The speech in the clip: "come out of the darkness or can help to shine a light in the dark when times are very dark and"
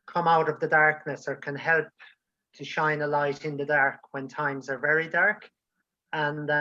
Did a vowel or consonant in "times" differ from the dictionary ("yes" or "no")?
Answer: no